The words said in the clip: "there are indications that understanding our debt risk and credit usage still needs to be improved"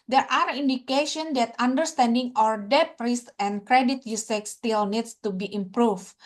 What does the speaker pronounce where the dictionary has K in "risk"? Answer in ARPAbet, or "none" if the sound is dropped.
none